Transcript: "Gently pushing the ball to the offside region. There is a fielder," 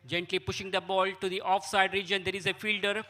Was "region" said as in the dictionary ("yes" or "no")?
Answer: yes